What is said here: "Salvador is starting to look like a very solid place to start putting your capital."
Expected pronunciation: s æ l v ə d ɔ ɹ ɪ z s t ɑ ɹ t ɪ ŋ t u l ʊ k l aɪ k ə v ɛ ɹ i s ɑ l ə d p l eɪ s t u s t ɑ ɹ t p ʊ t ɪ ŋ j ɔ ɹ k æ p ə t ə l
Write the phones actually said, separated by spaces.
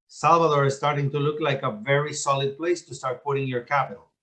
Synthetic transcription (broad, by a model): s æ l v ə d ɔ ɹ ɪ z s t ɑ ɹ t ɪ ŋ t u l ʊ k l aɪ k ə v ɛ ɹ i s ɑ l ə d p l eɪ s t u s t ɑ ɹ t p ʊ t ɪ ŋ j ɔ ɹ k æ p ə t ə l